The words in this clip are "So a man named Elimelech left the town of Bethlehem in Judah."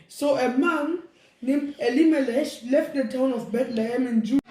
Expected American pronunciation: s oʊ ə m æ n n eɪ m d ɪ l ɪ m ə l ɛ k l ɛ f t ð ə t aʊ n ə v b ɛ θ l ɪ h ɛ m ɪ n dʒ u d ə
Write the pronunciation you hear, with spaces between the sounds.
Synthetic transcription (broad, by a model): s oʊ ə m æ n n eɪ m ɪ l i m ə l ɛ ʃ l ɛ f t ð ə t aʊ n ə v b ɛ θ l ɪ h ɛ m ɪ n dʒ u